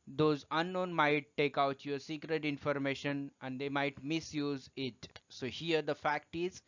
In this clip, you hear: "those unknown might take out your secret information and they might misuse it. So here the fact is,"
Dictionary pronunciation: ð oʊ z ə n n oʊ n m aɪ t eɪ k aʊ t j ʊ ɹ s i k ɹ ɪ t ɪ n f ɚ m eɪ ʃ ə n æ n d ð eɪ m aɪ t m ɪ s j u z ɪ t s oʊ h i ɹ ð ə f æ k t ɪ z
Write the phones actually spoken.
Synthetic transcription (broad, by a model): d oʊ z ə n n oʊ n m aɪ t eɪ k aʊ t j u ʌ s i k ɹ ɪ t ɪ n f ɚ m eɪ ʃ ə n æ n d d eɪ m aɪ t m ɪ s j u z ɪ t s oʊ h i ɹ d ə f æ k t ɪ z